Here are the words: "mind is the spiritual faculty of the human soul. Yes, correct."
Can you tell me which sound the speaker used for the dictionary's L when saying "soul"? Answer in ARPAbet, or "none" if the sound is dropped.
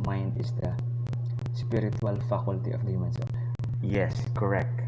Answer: N